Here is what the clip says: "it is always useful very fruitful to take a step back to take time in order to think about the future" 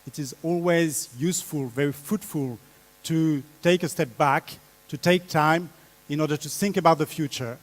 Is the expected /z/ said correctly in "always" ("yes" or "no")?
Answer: yes